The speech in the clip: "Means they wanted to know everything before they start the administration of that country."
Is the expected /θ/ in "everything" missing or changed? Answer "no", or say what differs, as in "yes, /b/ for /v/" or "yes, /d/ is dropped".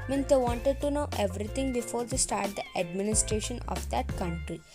yes, /t/ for /θ/